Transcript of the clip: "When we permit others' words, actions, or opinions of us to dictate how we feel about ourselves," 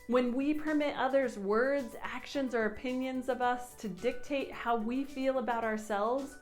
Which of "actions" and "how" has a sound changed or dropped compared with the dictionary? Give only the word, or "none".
none